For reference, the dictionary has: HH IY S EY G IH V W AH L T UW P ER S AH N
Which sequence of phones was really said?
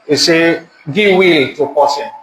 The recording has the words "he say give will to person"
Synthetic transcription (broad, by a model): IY S EY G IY W AH L T UW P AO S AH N